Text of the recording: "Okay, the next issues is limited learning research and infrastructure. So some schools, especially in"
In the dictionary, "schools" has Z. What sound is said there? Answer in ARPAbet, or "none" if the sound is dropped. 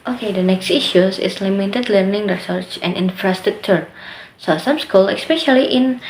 none